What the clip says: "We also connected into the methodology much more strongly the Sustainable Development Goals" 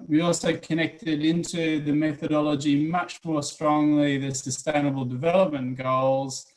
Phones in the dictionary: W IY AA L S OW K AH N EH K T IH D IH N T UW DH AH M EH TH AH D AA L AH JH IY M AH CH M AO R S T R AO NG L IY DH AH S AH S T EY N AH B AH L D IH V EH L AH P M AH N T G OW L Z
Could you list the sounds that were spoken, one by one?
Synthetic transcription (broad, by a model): W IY AA L S OW K AH N EH K T IH D IH N T UW DH AH M EH TH AH D AA L AH JH IY M AH CH M AO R S T R AO NG L IY DH AH S AH S T EY N AH B AH L D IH V EH L AH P M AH N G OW L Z